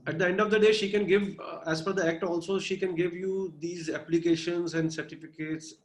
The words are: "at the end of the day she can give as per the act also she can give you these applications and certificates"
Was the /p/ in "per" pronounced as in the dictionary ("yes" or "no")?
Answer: no